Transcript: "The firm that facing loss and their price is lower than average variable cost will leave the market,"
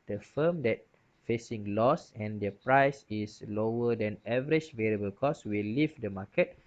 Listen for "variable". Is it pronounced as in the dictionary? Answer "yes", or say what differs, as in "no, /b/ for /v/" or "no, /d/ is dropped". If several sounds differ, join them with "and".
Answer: yes